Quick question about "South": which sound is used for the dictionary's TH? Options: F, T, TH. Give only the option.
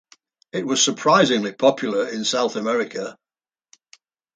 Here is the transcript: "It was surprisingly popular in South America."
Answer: TH